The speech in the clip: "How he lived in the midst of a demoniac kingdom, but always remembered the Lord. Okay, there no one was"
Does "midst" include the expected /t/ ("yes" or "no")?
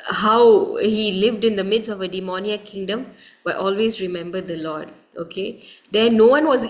no